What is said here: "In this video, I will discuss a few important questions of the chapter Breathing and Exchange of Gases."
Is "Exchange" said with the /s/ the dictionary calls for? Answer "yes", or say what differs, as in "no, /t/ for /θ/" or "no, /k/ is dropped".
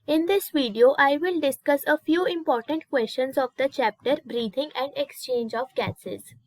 yes